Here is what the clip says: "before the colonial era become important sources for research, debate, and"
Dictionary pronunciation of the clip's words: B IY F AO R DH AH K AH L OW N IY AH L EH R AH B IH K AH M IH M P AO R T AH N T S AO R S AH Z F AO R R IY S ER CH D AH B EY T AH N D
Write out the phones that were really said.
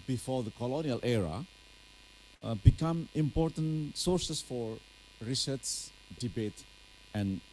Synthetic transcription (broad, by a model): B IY F AO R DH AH K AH L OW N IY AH L EH R AH B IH K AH M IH M P AO R T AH N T S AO R S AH S F AO R R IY S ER S D AH B EY T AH N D